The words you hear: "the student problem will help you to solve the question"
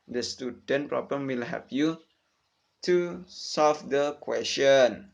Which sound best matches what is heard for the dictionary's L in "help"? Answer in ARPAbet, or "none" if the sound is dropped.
none